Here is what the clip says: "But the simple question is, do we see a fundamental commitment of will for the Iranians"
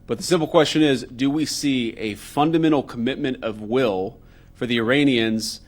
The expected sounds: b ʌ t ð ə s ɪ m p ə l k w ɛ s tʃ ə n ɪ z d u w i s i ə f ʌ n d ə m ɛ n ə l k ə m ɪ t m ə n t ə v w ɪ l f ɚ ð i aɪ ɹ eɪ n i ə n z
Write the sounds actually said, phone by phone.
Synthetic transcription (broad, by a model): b ʌ t ð ə s ɪ m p l k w ɛ s tʃ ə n ɪ z d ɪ w i s i ə f ʌ n d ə m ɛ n l k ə m ɪ t m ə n t ə v w ɪ l f ɚ ð i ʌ ɹ eɪ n i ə n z